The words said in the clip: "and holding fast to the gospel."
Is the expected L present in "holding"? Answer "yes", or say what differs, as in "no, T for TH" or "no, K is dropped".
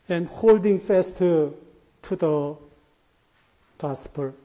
yes